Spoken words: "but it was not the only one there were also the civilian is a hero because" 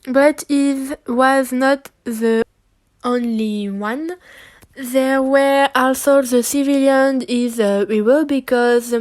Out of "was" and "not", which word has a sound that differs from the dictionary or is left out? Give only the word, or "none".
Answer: none